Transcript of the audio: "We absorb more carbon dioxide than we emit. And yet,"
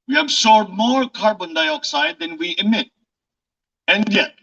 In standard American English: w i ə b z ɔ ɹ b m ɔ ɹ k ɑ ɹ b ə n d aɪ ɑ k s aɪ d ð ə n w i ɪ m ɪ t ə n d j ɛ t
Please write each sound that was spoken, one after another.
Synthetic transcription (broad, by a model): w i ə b s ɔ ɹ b m ɔ ɹ k ɑ ɹ b ə n d aɪ ɑ k s aɪ d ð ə n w i ɪ m ɪ t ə n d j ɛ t